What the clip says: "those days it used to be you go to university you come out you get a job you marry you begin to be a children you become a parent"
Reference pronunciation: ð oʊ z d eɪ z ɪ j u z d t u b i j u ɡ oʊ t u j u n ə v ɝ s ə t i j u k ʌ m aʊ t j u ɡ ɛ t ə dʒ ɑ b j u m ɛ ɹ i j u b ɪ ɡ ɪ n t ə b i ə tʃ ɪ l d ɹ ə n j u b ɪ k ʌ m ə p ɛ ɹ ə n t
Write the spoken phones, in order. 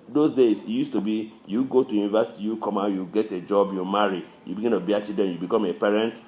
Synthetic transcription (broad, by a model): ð oʊ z d eɪ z ɪ j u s t u b i j u ɡ oʊ t u j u n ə v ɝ s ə t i j u k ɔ m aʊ j u ɡ ɛ t ə dʒ ɑ b j u m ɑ ɹ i j u b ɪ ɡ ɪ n t ə b i ə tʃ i d ə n j u b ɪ k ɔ m ə p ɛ ɹ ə n t